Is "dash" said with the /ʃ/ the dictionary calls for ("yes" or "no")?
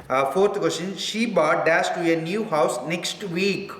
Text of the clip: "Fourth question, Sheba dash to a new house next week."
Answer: no